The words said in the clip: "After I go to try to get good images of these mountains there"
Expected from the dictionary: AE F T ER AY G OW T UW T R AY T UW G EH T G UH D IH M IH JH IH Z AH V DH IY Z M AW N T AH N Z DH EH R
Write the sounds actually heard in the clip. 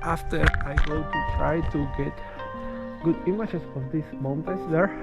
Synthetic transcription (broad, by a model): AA F T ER AY G OW T UW T R AY T UW G EH T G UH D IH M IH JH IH S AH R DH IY S M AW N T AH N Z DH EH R